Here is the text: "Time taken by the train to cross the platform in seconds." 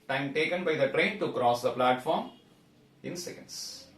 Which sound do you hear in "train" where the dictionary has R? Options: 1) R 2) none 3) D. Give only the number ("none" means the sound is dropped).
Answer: 1